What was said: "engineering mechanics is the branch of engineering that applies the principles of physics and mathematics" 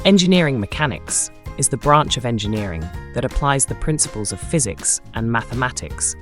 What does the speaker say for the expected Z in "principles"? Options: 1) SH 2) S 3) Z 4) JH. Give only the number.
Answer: 3